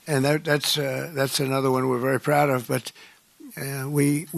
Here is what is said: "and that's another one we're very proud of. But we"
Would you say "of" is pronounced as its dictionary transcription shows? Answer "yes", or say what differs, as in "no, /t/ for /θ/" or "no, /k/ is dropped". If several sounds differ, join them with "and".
yes